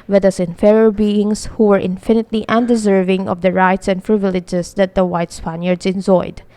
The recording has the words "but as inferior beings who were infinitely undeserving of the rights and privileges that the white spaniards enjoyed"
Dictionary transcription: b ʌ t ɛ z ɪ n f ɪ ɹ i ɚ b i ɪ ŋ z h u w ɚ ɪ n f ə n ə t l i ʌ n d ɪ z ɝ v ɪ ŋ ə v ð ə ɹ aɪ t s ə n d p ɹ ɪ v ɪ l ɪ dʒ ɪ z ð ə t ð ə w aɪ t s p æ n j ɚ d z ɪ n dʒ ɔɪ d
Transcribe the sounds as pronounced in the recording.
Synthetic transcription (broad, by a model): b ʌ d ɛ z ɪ n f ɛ ɹ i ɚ b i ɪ ŋ s h u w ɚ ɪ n f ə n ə t l i ʌ n d ɪ z ɝ v ɪ ŋ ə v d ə ɹ aɪ t s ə n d p ɹ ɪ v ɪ l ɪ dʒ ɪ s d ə t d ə w aɪ t s p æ n j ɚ d s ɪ n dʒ ɔɪ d